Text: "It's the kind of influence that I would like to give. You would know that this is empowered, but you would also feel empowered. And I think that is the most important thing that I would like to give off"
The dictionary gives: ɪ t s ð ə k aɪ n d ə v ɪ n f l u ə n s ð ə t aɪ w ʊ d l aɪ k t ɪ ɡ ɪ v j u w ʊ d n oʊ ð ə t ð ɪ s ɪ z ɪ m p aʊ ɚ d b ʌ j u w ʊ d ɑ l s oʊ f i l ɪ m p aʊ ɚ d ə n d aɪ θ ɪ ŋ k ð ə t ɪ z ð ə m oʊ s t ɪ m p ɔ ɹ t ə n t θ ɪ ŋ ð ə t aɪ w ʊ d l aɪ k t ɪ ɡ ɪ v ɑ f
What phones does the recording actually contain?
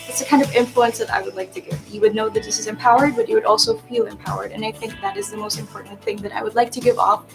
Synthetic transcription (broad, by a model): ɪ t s ð ə k aɪ n d ə v ɪ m f l u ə n s ð ə t aɪ w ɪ d l aɪ k t ɪ ɡ ɪ v j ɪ w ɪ d n oʊ ð ə t ð ɪ s ɪ z ɪ m p aʊ ɚ d b ʌ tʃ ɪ w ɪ d ɑ l s oʊ f i l ɪ m p aʊ ɚ d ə n aɪ θ ɪ ŋ k ð ə t ɪ z ð ə m oʊ s t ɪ m p ɔ ɹ t n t θ ɪ ŋ ð ə t aɪ w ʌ d l aɪ k t ɪ ɡ ɪ v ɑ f